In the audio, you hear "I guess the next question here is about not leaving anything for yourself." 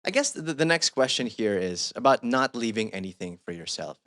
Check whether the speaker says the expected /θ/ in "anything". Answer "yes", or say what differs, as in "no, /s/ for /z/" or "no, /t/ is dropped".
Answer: yes